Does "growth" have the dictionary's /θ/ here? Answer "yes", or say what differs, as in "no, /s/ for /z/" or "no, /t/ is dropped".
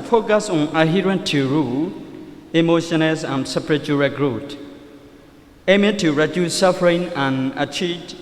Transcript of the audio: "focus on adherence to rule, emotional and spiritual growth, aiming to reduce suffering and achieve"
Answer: no, /t/ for /θ/